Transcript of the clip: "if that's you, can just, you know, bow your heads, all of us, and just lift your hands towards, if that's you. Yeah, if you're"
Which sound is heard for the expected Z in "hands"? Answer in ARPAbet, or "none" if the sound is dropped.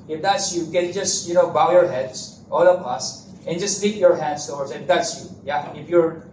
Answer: S